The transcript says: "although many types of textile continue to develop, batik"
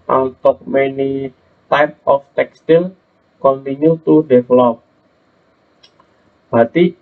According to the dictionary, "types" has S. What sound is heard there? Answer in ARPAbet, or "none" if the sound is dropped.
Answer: none